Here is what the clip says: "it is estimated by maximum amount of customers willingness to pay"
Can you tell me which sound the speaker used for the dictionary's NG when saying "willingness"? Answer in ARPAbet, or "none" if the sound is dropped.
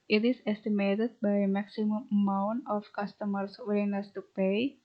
none